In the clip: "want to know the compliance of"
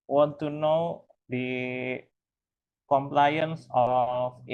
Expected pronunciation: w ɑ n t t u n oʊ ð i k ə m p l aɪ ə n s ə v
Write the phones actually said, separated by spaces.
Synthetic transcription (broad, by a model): w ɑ n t t u n oʊ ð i k ə m p l aɪ ə n s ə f